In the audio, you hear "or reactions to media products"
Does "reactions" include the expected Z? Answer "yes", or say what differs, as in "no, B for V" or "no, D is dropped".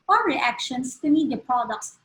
no, S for Z